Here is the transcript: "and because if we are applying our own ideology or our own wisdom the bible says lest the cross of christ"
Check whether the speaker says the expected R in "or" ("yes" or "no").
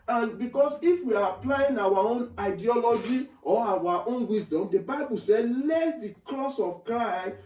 no